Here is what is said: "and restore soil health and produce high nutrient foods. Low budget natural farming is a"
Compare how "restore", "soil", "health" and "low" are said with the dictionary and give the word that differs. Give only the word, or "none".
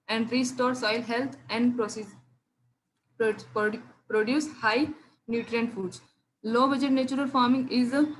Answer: health